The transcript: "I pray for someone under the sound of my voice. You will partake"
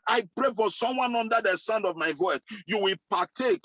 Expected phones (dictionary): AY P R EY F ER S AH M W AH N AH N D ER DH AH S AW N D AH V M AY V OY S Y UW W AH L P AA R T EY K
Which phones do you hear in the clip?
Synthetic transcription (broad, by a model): AY P R EY F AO S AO M W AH N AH N D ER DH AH S AW N D AH V M AY V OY TH Y UW W AH L P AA T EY K